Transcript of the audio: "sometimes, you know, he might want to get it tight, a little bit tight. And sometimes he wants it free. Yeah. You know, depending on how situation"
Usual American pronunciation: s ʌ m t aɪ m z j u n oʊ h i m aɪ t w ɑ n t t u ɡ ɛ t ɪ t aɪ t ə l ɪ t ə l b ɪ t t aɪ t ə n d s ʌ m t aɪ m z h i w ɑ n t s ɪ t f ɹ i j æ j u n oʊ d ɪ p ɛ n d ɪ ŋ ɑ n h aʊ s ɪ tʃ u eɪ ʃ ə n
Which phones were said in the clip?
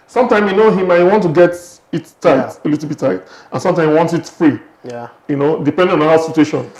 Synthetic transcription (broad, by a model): s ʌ m t aɪ m j u n oʊ h i m aɪ t w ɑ n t t u ɡ ɛ t ɪ t aɪ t ə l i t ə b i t t aɪ t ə n s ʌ m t aɪ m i w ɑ n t ɪ t f ɹ i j j u n oʊ d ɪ p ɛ n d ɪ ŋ ɑ n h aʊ s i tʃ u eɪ ʃ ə n